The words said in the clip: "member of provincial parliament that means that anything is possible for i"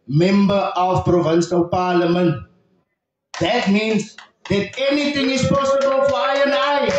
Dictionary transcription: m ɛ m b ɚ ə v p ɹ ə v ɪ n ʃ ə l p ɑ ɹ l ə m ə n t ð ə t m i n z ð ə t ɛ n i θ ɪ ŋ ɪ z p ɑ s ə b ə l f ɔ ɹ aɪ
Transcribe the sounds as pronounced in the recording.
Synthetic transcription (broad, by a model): m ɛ m b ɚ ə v p ɹ ə v ɪ n ʃ ə l p ɑ l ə m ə n t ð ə t m i n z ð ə t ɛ n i t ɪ ŋ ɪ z p ɑ s ə b ə l f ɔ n aɪ